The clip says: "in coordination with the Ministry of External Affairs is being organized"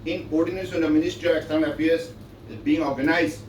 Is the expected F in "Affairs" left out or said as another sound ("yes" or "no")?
yes